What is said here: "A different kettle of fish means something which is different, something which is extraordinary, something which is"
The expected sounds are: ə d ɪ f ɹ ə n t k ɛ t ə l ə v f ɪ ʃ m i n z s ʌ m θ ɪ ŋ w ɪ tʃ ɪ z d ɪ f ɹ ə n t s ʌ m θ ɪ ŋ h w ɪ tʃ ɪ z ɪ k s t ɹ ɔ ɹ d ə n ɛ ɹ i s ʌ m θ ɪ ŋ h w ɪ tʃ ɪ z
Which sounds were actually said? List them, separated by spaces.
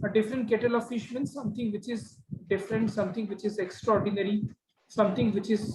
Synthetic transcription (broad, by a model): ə d ɪ f ɹ ə n t k ɛ t ə l ə v f ɪ ʃ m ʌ n s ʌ m t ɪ ŋ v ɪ tʃ ɪ z d ɪ f ɹ ə n t s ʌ m t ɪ ŋ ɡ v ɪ tʃ ɪ z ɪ k s t ɹ ɔ ɹ d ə n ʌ ɹ i s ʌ m t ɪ ŋ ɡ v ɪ tʃ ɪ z